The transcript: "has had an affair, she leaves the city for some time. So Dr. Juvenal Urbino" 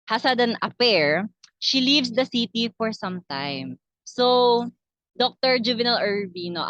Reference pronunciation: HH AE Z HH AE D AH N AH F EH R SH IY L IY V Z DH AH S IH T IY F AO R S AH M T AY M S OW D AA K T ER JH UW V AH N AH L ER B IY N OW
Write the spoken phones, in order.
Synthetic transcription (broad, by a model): HH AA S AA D AH N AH P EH R SH IY L IY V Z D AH S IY T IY F AO R S AH M T AY M S OW D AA K T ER JH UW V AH N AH L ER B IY N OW